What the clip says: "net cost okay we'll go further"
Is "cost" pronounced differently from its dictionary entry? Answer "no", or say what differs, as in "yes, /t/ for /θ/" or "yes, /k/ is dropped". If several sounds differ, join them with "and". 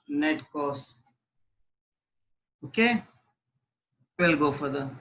yes, /t/ is dropped